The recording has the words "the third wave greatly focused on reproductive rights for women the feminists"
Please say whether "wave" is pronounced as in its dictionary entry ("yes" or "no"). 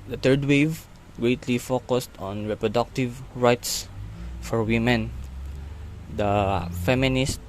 yes